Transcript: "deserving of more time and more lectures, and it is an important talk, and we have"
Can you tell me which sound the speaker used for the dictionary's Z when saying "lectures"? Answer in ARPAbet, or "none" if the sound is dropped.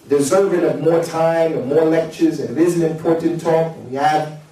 Z